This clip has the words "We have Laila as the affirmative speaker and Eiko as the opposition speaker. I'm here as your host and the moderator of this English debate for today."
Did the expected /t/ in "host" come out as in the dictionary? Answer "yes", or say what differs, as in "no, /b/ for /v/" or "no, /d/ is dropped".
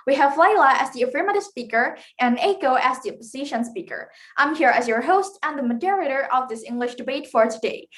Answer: yes